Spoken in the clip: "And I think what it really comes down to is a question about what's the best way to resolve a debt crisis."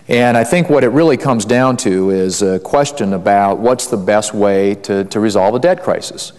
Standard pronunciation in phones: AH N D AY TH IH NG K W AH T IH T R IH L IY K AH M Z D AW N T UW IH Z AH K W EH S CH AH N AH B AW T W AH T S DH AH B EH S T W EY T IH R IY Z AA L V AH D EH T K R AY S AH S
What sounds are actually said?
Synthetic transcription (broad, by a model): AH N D AY TH IH NG K W AH T IH T R IH L IY K AH M Z D AW N T UW IH Z AH K W EH S CH AH N AH B AW T W AH T S DH AH B EH S T W EY T IH R IY Z AA L V AH D EH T K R AY S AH S